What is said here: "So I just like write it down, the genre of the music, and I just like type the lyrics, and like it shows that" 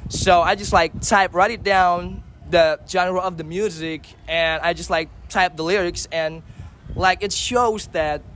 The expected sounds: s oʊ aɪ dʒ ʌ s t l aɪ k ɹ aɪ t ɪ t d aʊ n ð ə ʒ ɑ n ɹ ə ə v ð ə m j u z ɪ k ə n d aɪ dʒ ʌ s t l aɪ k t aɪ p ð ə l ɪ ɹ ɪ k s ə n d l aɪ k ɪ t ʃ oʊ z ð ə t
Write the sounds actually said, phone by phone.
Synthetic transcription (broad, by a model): s oʊ aɪ dʒ ʌ s t l aɪ k ɹ aɪ t ɪ t d aʊ n ð ə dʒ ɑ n ɹ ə ə v ð ə m j u z ɪ k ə n aɪ dʒ ʌ s t l aɪ k t aɪ p ð ə l ɪ ɹ ɪ k s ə n l aɪ k ɪ t ʃ oʊ z ð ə t